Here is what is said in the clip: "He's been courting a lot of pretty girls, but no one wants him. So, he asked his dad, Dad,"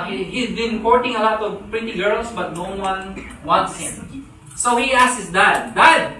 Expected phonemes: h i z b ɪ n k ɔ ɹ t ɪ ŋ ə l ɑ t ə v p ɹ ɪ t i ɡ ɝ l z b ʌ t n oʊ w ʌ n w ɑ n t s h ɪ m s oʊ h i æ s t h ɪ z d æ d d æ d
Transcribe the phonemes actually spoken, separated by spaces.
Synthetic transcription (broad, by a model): h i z b ɪ n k ɔ ɹ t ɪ ŋ ə l ɑ t ə v p ɹ ɪ t i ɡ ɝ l s b ʌ t n oʊ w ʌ n w ɑ n t s h ɪ m s oʊ h i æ s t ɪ s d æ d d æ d